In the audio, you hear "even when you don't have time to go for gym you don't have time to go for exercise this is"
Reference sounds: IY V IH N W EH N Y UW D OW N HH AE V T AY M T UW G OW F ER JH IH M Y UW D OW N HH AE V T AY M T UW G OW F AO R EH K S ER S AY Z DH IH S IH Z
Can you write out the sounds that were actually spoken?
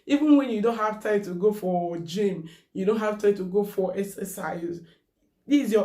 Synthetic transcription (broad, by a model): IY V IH N W EH N Y UW D OW N HH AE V T AY M T UW G OW F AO JH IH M Y UW D OW N HH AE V T AY M T UW G OW F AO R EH S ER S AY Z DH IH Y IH